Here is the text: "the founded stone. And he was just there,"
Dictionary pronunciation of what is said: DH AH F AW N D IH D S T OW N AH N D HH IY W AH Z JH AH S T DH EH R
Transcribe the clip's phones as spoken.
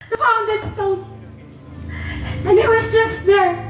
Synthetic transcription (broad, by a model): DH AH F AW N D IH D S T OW L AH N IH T W AH Z JH AH S T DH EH R